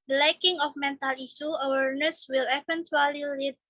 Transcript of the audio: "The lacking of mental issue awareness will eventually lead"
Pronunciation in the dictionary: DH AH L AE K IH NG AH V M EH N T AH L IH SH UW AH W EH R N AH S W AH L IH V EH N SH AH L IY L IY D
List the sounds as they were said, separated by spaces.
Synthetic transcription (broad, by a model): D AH L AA K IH NG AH F M EH N T AH L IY S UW AH W EH R N AH S W AH L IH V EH N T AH L IY L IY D